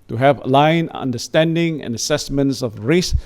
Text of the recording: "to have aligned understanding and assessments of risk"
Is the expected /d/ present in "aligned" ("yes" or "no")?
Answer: no